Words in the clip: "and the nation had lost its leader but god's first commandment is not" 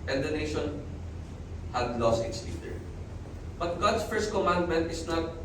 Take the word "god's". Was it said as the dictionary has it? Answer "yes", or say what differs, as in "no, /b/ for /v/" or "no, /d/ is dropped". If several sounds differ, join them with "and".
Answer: no, /s/ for /z/